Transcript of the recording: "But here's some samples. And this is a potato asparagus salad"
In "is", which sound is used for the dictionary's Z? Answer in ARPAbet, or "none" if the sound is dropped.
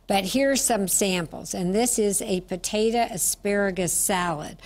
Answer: Z